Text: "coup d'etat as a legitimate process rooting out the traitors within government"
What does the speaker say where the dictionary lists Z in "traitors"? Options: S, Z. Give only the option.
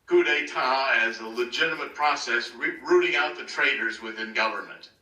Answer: Z